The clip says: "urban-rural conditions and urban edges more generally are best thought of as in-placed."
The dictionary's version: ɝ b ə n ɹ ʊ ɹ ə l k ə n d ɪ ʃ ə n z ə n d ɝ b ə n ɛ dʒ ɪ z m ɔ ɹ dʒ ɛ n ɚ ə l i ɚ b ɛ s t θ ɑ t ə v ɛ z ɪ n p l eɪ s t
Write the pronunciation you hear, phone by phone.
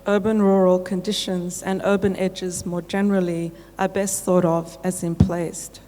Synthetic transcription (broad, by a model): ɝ b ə n ɹ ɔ ɹ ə l k ə n d ɪ ʃ ə n z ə n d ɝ b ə n ɛ dʒ ɪ z m ɔ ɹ dʒ ɛ n ɚ ə l i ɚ b ɛ s t θ ɑ t ə v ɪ z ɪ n p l eɪ s t